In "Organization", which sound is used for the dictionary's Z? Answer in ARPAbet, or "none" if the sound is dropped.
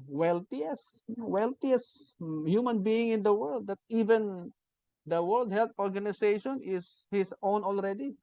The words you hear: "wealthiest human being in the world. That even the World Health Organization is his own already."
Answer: S